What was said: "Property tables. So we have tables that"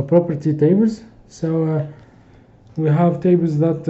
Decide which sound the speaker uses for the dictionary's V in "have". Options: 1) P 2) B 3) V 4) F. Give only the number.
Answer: 3